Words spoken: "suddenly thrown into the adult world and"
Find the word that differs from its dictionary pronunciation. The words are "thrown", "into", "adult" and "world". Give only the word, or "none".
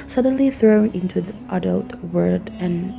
world